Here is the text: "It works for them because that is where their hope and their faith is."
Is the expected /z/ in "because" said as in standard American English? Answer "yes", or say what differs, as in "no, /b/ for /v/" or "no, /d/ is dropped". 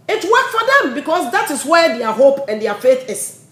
no, /s/ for /z/